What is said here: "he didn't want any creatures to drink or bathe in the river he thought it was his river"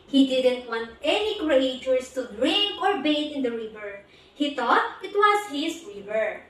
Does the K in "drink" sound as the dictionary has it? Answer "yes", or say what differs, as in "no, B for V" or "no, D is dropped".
no, K is dropped